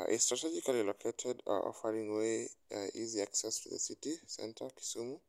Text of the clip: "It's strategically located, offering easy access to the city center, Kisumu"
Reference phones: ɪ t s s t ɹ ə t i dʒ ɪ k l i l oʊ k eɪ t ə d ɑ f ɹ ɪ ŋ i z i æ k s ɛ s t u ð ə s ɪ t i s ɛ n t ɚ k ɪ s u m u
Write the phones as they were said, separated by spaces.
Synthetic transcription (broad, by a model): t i s t ɹ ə t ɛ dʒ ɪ k l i l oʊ k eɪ t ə d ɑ f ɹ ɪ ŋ i z i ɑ k s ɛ s t u ð ə s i t i s ɛ n t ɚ k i s u m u